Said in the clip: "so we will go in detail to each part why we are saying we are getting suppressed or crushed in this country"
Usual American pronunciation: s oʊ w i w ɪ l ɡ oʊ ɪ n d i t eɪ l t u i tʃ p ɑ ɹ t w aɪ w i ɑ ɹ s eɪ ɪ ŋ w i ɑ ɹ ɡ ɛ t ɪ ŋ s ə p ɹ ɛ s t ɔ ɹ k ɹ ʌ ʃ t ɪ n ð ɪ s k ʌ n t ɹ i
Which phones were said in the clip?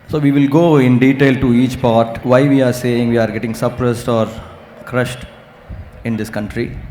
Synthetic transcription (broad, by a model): s oʊ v i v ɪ l ɡ oʊ ɪ n d i t eɪ l t u i tʃ p ɑ ɹ t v aɪ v i ɑ ɹ s eɪ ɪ ŋ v i ɑ ɹ ɡ ɛ t ɪ ŋ s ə p ɹ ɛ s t ɔ ɹ k ɹ ʌ ʃ t ɪ n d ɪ s k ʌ n t ɹ i